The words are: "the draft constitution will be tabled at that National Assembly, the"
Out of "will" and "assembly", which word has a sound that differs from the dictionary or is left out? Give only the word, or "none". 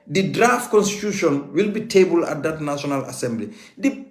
none